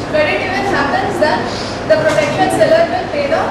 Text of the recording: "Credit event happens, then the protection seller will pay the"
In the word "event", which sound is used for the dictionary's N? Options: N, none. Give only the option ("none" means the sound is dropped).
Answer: none